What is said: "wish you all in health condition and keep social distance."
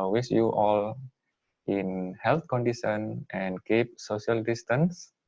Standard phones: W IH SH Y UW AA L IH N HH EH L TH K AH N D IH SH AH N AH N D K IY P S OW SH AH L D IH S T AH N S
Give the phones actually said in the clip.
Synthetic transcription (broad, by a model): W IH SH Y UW AA L IH N HH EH L T K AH N D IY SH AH N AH N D K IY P S OW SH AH L D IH S T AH N S